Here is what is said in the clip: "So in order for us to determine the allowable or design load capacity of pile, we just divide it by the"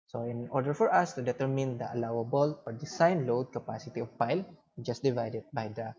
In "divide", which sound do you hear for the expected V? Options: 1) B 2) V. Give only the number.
2